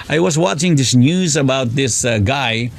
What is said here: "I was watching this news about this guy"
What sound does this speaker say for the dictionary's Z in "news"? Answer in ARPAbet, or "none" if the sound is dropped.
Z